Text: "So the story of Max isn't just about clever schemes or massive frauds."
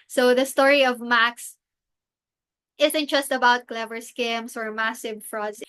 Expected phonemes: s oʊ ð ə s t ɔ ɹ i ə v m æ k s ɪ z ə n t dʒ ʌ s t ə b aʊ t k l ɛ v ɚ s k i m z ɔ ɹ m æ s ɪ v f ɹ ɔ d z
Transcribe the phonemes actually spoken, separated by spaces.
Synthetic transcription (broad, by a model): s oʊ ð ə s t ɔ ɹ i ə v m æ k s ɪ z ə n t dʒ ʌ s t ə b aʊ t k l ɛ v ɚ s k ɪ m s ɔ ɹ m æ s ɪ v f ɹ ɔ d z